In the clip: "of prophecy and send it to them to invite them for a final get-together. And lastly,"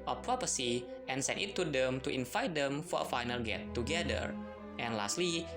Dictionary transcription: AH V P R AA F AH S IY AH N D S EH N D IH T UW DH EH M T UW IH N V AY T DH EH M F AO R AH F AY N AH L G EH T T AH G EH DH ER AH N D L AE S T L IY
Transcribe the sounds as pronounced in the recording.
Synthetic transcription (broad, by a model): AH P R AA P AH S IY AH N S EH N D IH T UW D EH M T UW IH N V AY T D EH M F AO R AH F AY N AH L G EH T T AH G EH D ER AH N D L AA S T L IY